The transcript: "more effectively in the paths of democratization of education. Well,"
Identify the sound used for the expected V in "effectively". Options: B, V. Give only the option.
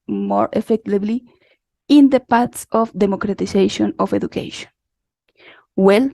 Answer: B